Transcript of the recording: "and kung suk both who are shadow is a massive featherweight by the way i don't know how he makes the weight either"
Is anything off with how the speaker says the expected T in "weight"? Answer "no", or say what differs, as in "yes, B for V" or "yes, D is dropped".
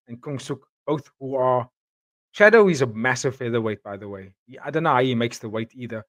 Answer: no